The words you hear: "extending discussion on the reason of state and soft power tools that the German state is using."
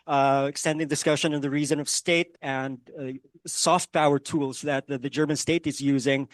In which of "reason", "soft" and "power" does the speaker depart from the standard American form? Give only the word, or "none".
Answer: none